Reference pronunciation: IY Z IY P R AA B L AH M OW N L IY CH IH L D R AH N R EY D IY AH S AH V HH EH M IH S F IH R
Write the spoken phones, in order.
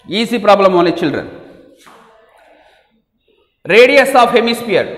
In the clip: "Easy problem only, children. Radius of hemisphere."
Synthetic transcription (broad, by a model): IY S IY P R AA B L AH M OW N IY CH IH L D R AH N R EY D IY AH S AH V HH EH M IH S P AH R